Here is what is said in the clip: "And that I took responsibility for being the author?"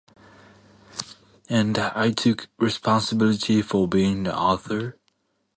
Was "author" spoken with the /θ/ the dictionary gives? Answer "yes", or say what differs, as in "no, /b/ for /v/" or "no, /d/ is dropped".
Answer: yes